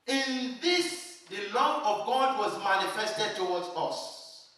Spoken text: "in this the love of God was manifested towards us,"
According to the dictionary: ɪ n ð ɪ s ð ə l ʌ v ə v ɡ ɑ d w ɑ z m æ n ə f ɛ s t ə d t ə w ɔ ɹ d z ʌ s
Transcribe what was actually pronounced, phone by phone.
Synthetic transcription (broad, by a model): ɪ n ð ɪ s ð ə l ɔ ə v ɡ ɑ d w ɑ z m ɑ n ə f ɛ s t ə d t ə w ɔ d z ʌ s